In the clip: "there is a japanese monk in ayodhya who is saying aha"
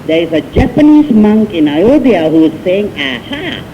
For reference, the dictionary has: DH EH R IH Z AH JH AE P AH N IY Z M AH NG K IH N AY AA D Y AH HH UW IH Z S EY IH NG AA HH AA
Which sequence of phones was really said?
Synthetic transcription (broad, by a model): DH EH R IH Z AH JH AE P AH N IY Z M AH NG K IH N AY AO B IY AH HH UW IH Z S EY IH NG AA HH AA